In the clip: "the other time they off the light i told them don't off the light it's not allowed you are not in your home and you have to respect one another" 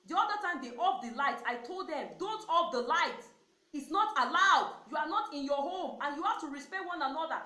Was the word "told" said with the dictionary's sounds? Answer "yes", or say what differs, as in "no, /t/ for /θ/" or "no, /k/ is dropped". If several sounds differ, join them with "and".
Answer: yes